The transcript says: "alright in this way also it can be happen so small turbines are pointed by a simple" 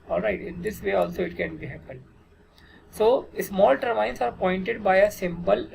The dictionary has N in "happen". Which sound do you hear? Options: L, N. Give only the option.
L